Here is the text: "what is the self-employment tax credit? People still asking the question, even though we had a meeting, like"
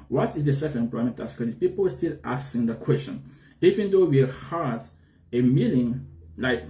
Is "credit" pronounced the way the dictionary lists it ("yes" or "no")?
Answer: no